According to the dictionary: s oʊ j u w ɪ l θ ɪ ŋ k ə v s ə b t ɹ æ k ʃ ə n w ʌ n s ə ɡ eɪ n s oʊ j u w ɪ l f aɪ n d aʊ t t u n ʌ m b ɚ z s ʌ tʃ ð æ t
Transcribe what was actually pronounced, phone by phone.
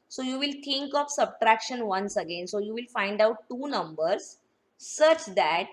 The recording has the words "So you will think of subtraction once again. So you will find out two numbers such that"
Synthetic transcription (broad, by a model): s oʊ j u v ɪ l t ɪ ŋ k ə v s ə b t ɹ æ k ʃ ə n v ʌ n s ə ɡ eɪ n s oʊ j u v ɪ l f aɪ n d aʊ t t u n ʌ m b ɚ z s ʌ tʃ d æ t